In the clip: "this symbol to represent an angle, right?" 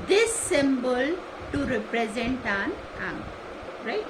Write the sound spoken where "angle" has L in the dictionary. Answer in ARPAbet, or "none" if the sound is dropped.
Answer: N